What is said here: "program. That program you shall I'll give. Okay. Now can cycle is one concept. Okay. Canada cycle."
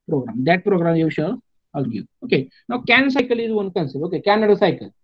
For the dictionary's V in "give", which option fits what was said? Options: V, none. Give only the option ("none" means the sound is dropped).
none